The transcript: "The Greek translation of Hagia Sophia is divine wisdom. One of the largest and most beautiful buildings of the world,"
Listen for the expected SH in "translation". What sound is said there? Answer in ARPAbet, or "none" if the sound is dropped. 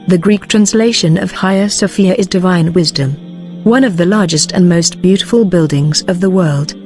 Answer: SH